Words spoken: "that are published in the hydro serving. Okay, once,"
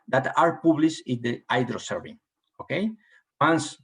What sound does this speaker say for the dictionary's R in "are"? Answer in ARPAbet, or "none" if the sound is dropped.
R